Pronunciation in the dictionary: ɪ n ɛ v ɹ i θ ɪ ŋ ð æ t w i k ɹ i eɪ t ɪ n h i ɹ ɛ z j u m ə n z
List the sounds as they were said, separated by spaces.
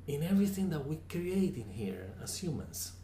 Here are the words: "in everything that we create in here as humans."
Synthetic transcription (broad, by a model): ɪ n ɛ v ɹ i θ ɪ ŋ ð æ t w i k ɹ i eɪ t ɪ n h i ɹ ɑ s j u m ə n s